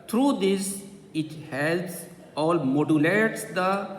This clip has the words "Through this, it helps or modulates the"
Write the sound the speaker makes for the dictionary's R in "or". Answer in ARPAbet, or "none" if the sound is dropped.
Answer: L